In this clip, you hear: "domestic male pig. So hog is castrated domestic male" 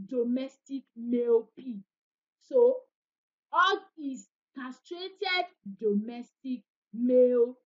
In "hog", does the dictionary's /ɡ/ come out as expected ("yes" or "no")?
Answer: no